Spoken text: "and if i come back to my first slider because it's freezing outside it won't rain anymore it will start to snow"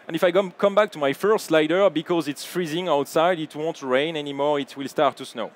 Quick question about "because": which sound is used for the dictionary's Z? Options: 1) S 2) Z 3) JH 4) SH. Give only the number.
2